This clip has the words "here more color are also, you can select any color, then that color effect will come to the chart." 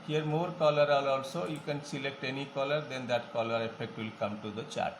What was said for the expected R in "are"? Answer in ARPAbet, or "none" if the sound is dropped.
L